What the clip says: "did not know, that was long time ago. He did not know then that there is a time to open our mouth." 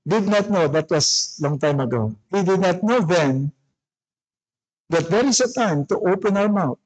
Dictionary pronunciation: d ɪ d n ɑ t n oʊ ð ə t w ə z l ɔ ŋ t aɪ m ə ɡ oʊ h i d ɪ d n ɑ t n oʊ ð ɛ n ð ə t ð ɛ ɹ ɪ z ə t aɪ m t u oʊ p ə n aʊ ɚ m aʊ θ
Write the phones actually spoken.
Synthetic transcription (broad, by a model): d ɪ d n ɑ t n oʊ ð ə t w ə s l ɔ ŋ t aɪ m ə ɡ oʊ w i d ɪ d n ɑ t n oʊ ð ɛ n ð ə t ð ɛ ɹ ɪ s ə t aɪ m t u oʊ p ə n aʊ ɚ m aʊ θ